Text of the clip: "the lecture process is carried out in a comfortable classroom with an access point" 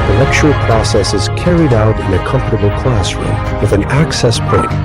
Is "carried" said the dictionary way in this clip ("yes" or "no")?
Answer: yes